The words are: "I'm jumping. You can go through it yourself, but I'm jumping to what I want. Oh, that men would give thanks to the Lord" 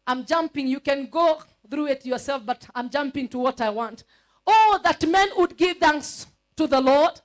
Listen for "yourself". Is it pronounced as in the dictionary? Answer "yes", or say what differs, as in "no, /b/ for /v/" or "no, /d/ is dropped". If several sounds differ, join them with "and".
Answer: yes